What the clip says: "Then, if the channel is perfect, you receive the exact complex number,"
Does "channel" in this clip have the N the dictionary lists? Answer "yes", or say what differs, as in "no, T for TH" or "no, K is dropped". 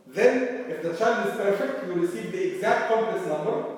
no, N is dropped